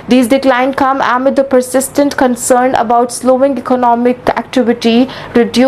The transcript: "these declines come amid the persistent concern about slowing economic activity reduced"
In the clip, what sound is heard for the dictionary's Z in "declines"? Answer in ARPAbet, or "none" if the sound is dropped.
none